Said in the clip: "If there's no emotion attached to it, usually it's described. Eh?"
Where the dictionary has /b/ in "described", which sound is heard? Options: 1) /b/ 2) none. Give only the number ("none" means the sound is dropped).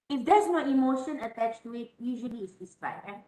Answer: 2